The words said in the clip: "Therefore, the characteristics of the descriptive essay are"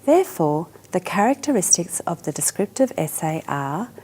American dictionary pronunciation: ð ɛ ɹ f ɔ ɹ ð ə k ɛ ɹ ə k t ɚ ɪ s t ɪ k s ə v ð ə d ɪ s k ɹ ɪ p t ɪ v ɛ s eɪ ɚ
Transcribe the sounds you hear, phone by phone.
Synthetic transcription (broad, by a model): ð ɛ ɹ f ɔ ð ə k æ ɹ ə k t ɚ ɪ s t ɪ k s ə v ð ə d ɪ s k ɹ ɪ p t ɪ v ɛ s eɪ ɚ